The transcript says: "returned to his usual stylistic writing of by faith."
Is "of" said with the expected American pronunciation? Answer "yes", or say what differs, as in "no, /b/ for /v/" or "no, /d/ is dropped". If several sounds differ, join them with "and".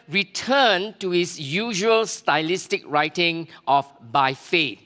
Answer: no, /f/ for /v/